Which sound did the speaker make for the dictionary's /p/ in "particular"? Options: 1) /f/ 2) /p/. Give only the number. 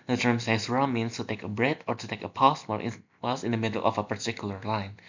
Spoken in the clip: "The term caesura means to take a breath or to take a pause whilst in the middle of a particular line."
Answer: 2